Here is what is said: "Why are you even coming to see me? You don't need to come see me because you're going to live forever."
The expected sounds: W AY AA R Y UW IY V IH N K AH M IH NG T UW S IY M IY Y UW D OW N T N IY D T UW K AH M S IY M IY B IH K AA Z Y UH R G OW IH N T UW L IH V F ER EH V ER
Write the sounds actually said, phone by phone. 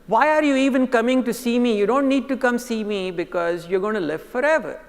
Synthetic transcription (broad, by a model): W AY AA R Y UW IY V IH N K AH M IH NG T UW S IY M IY Y UW D OW N T N IY D T UW K AH M S IY M IY B IH K AA Z Y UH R G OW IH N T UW L IH V F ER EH V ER